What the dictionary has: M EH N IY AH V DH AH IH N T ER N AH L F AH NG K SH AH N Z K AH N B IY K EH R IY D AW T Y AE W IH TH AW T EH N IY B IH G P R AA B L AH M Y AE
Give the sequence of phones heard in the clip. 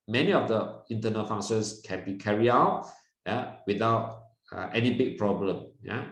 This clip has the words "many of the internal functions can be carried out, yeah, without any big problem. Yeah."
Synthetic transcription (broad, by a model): M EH N IY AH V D AH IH N T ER N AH L F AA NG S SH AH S K AH N B IY K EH R IY AW T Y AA W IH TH AW T EH N IY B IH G P R AA B L AH M Y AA